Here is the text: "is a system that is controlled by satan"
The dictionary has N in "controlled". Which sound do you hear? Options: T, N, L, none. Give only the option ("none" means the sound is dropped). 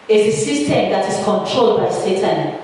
N